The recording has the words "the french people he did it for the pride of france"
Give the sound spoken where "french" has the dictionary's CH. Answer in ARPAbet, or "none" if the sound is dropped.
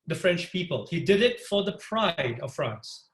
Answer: CH